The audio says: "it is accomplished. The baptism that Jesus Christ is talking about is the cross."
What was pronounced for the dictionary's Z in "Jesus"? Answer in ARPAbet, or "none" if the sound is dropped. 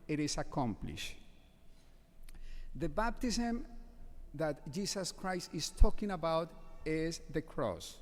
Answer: S